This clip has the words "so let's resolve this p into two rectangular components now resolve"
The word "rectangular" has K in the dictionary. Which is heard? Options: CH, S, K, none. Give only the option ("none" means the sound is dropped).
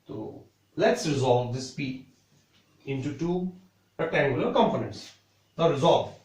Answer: none